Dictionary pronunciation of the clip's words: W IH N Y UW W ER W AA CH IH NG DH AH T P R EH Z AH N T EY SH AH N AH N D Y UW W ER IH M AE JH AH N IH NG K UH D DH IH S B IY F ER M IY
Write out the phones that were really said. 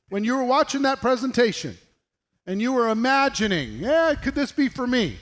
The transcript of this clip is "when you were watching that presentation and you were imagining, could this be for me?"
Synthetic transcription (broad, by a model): W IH N Y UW W ER W AA CH IH NG DH AH T P R EH Z AH N T EY SH AH N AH N Y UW W ER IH M AE JH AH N IH NG K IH D DH IH S B IY F ER M IY